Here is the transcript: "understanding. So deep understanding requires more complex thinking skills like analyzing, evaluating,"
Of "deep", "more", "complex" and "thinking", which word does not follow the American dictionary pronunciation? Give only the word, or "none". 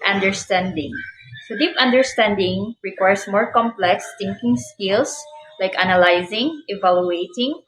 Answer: thinking